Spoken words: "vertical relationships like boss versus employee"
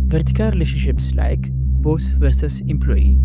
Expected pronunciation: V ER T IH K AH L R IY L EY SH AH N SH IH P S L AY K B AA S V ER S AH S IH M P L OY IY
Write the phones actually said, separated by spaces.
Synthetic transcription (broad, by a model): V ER T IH K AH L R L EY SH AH SH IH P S L AY K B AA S V ER S AH S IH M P L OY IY